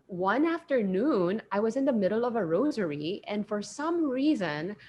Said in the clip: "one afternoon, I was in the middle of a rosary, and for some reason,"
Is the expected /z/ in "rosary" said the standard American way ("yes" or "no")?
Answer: yes